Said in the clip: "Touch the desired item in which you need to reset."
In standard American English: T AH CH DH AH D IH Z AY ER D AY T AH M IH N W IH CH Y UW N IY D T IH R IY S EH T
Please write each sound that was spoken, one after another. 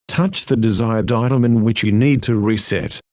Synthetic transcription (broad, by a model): T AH CH DH AH D IH Z AY ER D AY T AH M IH N W IH CH Y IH N IY D T IH R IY S EH T